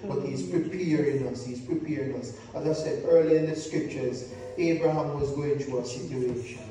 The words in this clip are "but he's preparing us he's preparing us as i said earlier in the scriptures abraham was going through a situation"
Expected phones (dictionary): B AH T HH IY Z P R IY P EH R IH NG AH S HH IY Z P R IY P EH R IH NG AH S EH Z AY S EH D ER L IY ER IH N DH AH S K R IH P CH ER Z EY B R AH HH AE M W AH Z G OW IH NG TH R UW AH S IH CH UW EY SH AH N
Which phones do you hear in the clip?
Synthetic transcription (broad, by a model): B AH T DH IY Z P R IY P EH R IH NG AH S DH IY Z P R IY P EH R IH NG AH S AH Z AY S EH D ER L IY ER IH N DH AH S K R IH P CH ER Z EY B R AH HH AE M W AH Z G OW IH NG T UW AH S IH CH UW EY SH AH N